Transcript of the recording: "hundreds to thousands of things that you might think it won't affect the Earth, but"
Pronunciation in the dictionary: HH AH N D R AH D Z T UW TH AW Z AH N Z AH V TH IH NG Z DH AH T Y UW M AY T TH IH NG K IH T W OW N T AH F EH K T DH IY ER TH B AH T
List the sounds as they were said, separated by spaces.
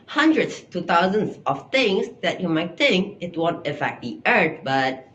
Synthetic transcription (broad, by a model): HH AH N D R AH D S T UW T AW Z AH N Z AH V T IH NG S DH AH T Y UW M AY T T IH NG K IH T W OW N T AH F EH K T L IY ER T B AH T